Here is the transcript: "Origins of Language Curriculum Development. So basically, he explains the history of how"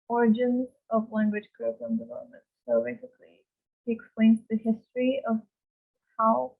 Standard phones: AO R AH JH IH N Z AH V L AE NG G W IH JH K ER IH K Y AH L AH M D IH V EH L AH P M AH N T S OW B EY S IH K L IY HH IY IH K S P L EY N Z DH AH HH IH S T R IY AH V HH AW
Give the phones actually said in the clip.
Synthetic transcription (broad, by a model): AO R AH JH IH N Z AH V L AE NG G W IH JH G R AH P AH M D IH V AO AH M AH N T S OW B EY S IH K L IY HH IY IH K S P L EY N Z DH AH HH IH S T R IY AH V HH AW